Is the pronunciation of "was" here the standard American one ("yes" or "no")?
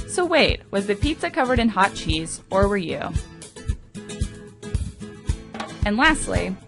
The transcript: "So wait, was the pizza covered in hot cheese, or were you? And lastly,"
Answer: yes